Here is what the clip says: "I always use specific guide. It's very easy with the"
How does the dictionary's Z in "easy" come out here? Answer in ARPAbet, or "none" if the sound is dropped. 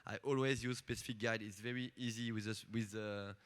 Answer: Z